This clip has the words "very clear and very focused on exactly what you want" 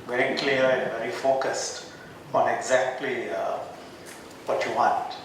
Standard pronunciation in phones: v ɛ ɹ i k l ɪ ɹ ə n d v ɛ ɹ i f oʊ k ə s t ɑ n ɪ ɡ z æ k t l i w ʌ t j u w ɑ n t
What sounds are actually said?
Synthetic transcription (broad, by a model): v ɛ ɹ i k l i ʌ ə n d v ɛ ɹ i f oʊ k ə s t ɑ n ɪ ɡ z æ k t l i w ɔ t j u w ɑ n t